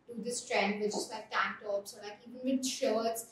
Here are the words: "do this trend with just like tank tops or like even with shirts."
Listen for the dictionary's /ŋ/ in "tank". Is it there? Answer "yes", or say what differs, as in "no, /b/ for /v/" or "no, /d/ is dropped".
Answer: no, /ŋ/ is dropped